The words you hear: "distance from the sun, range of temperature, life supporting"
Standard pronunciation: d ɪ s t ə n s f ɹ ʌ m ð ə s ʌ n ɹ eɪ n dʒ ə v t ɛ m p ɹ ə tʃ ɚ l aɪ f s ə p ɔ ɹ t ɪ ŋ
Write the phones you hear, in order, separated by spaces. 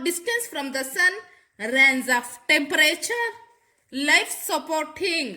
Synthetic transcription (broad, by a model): d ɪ s t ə n s f ɹ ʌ m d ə s ʌ n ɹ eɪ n z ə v t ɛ m p ɹ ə tʃ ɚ l aɪ f s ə p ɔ ɹ t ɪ ŋ